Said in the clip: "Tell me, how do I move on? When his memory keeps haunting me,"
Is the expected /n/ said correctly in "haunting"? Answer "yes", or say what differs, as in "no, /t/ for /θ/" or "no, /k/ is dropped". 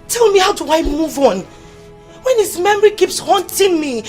yes